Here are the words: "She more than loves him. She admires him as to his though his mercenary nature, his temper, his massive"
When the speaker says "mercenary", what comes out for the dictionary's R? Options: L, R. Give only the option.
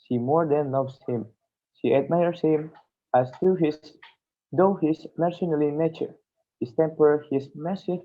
L